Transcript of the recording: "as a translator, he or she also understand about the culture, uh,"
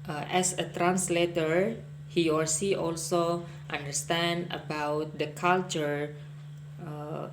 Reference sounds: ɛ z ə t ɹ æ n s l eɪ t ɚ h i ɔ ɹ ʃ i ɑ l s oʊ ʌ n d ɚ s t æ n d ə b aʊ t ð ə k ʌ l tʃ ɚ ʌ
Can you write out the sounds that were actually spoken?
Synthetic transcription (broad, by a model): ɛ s ə t ɹ æ n s l eɪ t ɚ h i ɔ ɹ s i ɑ l s oʊ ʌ n d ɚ s t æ n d ə b aʊ t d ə k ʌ l tʃ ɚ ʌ